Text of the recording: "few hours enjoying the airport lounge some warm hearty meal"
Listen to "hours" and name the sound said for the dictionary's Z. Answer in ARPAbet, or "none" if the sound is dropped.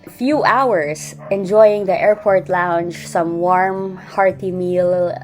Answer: S